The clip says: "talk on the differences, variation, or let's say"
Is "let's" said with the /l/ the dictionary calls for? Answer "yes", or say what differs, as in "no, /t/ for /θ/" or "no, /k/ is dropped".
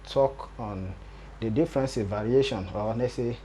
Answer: no, /n/ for /l/